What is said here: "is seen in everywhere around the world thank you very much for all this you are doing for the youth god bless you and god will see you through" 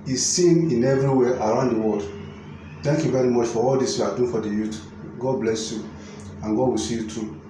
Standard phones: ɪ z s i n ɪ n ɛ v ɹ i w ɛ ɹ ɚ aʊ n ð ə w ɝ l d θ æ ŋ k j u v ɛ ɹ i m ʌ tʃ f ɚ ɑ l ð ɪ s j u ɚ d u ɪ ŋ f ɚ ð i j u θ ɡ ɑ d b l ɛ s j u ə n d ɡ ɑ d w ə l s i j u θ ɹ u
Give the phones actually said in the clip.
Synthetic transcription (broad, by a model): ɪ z s i n ɪ n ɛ v ɹ i w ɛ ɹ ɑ aʊ n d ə w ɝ l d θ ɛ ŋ k j u v ɛ ɹ i m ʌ tʃ f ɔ ɑ l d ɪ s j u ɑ d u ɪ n f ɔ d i j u t ɡ ɑ d b l ɛ s j u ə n ɡ ɑ d w ə l s i j u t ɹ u